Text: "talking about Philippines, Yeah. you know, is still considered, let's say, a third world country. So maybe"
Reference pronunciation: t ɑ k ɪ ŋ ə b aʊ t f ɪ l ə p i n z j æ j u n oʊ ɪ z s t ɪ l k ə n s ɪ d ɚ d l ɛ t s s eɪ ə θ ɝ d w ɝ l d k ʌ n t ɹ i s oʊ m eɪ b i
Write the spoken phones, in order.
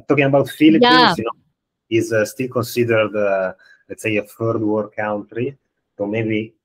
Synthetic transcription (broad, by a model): t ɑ k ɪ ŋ ə b aʊ t f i l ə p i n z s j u n oʊ ɪ z s t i l k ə n s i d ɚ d l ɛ t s s eɪ ə f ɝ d w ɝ d k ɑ n t ɹ i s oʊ m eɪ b i